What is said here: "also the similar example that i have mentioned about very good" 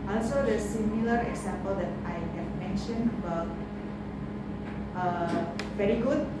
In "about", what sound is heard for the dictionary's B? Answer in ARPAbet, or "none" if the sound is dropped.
none